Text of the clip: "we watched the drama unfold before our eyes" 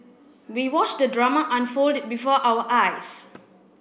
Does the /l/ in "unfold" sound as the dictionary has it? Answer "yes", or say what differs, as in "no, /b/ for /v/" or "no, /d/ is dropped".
yes